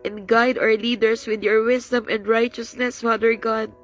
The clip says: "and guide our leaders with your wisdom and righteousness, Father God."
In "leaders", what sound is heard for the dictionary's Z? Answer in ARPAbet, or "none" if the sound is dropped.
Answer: S